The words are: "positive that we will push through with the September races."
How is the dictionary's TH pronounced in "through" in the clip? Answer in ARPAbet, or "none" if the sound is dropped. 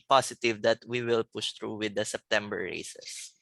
T